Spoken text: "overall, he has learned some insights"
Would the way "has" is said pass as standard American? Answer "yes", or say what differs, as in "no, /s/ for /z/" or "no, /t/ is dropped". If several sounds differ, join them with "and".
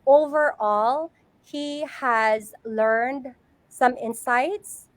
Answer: yes